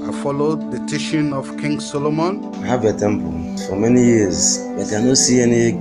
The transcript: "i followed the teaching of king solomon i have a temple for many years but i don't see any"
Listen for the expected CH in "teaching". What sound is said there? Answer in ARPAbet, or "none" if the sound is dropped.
SH